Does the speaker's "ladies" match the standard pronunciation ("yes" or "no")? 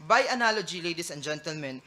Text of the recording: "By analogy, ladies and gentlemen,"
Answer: no